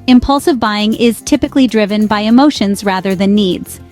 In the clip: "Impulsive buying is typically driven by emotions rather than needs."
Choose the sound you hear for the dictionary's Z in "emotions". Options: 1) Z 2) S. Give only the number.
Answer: 1